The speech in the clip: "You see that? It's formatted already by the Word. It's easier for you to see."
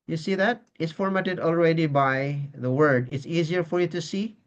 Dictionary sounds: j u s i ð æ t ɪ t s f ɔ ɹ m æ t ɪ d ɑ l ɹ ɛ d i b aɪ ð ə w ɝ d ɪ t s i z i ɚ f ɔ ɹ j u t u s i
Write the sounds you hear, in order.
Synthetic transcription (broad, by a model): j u s i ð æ t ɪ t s f ɔ ɹ m æ t ɪ d ɑ l ɹ ɛ d i b aɪ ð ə w ɝ d ɪ t s i z i ɚ f ɔ ɹ j u t u s i